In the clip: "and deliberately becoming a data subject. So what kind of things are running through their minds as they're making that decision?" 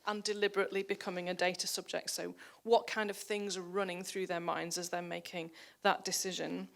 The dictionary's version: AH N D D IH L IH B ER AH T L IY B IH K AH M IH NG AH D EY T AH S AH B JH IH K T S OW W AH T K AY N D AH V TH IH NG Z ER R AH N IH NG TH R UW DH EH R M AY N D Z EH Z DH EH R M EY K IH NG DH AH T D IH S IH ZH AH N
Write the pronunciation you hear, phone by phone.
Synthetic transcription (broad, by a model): AH N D D IH L IH B ER AH T L IY B IH K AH M IH NG AH D EY T AH S AH B JH IH K T S OW W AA T K AY N D AH V TH IH NG Z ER R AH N IH NG TH R UW DH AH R M AY N D Z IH Z DH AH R M EY K IH NG DH AH T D IH S IH ZH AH N